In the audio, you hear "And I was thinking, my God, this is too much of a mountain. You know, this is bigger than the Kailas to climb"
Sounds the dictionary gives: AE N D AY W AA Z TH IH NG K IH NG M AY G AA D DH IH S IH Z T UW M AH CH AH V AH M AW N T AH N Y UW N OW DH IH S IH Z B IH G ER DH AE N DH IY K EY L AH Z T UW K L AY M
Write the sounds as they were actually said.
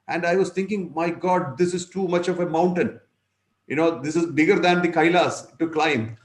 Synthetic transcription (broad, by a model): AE N D AY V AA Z T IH NG K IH NG M AY G AA D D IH S IH Z T UW M AH CH AH V AH M AW N T AH N Y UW N OW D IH S IH Z B IH G ER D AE N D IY K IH L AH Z T UW K L AY M